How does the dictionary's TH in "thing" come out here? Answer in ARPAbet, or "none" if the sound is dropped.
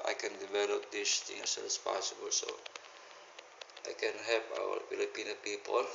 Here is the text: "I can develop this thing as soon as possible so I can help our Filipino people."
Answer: T